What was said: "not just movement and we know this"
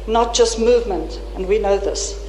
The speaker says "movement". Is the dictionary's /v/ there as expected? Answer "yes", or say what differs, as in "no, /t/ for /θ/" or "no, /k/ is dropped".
yes